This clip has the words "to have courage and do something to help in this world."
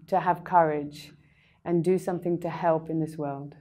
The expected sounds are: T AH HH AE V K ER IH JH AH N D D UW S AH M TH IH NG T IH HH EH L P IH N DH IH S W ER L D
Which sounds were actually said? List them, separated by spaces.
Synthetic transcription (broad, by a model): T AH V K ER IH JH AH N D D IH S AH M TH IH NG T IH HH EH L P IH N DH IH S W ER L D